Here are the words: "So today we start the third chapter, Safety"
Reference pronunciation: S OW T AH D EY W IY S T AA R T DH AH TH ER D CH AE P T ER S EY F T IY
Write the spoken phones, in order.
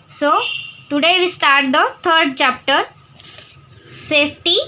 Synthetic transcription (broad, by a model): S OW T AH D EY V IY S T AA R T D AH T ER D CH AE P T ER S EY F T IY